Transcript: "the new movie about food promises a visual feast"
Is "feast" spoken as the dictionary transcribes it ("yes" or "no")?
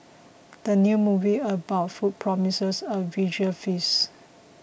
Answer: no